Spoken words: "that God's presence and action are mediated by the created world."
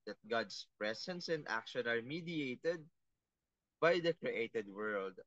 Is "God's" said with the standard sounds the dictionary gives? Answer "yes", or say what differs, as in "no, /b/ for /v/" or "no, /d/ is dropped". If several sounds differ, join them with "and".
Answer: no, /s/ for /z/